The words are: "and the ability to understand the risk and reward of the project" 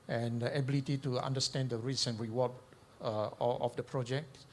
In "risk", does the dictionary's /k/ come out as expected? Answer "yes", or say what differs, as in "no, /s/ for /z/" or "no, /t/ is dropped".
no, /k/ is dropped